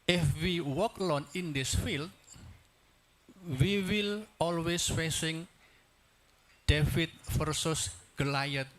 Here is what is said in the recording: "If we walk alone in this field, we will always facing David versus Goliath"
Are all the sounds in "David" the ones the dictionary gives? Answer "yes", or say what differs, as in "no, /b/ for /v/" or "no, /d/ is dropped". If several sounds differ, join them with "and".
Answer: no, /f/ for /v/